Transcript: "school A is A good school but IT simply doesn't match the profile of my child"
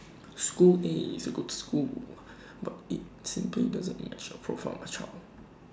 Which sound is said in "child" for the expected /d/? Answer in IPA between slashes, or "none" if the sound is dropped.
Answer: none